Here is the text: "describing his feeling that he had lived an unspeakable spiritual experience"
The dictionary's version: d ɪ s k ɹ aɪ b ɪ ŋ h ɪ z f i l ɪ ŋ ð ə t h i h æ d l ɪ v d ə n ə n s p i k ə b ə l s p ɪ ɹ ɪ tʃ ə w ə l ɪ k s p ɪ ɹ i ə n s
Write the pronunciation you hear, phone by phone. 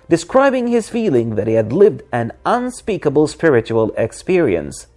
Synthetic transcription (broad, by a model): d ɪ s k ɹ aɪ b ɪ ŋ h ɪ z f i l ɪ ŋ ð ə t h i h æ d l ɪ v d ə n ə n s p i k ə b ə l s p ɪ ɹ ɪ tʃ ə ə l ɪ k s p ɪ ɹ i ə n s